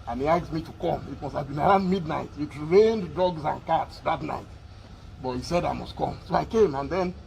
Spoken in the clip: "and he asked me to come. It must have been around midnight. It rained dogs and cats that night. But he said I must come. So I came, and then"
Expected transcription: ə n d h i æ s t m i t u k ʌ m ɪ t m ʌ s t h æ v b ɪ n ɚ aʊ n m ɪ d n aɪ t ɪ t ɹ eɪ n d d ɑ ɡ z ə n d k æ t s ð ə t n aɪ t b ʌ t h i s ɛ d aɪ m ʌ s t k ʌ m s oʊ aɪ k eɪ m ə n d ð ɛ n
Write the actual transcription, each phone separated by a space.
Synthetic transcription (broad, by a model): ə n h i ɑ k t m i t u k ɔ m ɪ t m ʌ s t h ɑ v b ɪ n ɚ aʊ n m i d n aɪ t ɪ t ɹ eɪ n d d ɑ ɡ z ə n k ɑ t s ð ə t n aɪ t b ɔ t h i s ɛ d aɪ m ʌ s t k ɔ m s oʊ aɪ k eɪ m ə n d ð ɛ n